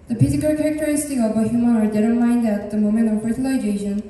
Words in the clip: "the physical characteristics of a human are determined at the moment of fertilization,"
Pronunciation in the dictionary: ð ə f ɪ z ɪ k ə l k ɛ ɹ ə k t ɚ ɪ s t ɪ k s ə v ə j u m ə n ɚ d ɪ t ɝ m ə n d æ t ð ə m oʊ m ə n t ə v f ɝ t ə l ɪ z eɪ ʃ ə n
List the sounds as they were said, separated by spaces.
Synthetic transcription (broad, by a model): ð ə p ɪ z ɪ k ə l k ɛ ɹ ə k t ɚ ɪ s t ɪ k ə v ə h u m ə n ɚ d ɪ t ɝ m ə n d æ t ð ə m oʊ m ə n t ə v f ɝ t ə l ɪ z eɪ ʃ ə n